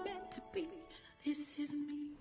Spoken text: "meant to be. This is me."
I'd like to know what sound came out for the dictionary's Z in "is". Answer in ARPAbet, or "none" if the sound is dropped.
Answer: Z